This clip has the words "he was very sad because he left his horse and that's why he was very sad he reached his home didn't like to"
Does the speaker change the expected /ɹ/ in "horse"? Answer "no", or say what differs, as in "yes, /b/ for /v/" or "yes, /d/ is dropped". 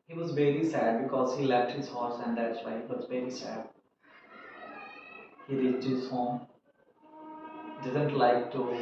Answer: no